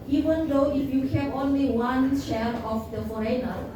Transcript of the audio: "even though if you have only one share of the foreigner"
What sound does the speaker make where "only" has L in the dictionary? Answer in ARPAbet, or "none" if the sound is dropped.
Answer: L